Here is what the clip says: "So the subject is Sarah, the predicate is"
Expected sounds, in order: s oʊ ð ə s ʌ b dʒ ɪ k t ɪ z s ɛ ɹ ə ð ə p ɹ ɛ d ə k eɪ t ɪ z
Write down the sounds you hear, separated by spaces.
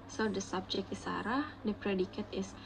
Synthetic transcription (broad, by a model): s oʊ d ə s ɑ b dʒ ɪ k ɪ s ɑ ɹ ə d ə p ɹ ɛ d ə k eɪ t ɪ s